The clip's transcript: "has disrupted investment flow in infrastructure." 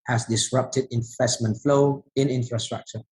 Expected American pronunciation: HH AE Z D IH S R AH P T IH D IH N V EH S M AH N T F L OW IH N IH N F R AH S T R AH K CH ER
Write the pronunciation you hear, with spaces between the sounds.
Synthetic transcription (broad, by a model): HH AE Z D IH S R AH P T IH D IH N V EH S M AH N T F L OW IH N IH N F R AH S T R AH K CH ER